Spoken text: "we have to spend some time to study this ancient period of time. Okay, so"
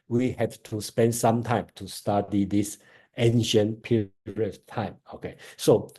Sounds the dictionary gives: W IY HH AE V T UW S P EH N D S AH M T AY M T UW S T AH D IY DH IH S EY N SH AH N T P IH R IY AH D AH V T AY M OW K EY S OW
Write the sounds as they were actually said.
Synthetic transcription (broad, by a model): W IY HH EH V T UW S P EH N D S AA M T AY M T UW S T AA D IY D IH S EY N SH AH N P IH R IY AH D T AY M OW K EY S OW